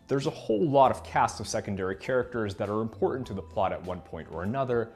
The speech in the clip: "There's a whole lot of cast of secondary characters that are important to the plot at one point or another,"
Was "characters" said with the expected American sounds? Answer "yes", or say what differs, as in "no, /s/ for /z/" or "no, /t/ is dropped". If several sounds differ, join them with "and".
yes